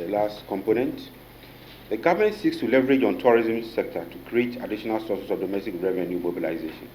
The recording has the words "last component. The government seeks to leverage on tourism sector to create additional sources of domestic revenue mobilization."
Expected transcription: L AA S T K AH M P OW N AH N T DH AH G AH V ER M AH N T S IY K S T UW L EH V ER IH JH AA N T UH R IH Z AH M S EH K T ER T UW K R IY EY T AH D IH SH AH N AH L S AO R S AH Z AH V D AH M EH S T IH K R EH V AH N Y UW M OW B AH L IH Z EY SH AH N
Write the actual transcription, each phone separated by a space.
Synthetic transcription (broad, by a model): L AA S T K AH M P OW N AH N T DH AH G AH V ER M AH N T S IY K S T UW L EH V ER IH JH AA N T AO R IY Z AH M S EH K T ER T UW K R IY EY T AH D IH SH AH N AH L S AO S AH S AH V D AH M EH S T IH K R EH V AH N Y UW M OW B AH L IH Z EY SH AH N